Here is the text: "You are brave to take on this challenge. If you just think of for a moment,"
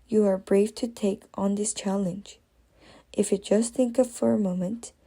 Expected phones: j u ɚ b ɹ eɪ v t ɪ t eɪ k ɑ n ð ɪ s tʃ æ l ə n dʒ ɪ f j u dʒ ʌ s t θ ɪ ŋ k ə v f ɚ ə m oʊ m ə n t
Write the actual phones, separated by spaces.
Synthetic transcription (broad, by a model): j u ɚ b ɹ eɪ f t ɪ t eɪ k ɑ n ð ɪ s tʃ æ l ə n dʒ ɪ f j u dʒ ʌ s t θ ɪ ŋ k ə v f ɚ ə m oʊ m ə n t